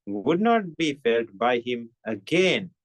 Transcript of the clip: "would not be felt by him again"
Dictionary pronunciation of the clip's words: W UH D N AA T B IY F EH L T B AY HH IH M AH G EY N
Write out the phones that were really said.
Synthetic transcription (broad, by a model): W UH D N AA T B IY F EH L T B AY HH IH M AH G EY N